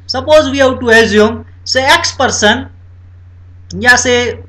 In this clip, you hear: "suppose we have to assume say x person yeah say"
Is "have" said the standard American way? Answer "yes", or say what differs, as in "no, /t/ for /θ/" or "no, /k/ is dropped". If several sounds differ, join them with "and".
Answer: no, /w/ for /v/